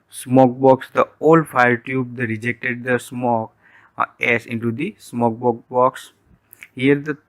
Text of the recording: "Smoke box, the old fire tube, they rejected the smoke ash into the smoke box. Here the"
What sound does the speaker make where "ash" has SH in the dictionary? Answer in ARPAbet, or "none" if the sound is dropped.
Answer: S